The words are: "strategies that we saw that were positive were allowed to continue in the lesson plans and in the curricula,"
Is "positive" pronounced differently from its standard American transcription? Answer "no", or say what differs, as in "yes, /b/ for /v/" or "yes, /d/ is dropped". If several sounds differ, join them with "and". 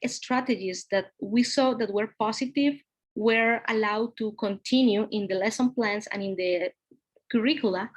yes, /s/ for /z/